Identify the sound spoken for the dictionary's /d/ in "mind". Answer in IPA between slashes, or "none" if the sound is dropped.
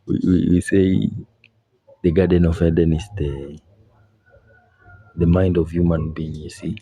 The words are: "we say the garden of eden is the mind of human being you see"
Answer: /d/